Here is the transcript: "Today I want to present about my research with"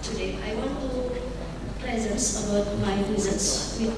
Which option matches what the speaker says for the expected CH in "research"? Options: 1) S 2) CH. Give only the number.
1